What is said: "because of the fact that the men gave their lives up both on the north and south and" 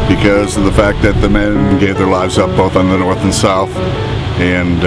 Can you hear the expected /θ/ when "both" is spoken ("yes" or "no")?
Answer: yes